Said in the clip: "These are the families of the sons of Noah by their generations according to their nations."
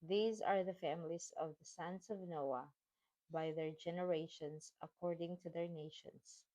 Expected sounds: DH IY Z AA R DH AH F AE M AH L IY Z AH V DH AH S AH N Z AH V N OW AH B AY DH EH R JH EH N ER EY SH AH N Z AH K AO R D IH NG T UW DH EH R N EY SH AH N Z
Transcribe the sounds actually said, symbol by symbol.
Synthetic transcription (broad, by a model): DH IY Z AA R DH AH F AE M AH L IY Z AH V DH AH S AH N S AH V N OW AH B AY DH EH R JH EH N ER EY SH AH N S AH K AO R D IH NG T UW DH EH R N EY SH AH N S